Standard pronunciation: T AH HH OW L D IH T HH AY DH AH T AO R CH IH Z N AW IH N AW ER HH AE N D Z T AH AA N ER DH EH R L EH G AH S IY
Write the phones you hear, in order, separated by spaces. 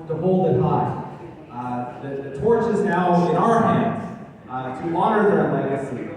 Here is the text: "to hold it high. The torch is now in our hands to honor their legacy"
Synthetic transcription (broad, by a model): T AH HH OW L D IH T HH AY DH AH T AO R CH IH Z N AW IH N AW ER HH AE N D Z T AH AA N ER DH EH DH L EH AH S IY